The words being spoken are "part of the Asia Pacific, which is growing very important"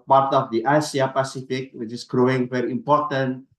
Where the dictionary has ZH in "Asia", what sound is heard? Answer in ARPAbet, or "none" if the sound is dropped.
S